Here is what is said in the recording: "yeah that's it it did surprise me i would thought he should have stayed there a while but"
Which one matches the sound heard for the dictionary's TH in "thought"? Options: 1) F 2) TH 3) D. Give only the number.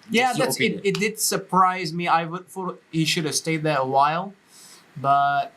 1